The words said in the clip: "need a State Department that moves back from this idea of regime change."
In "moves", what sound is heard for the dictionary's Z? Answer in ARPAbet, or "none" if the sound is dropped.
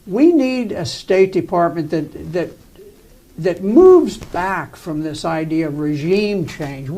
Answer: Z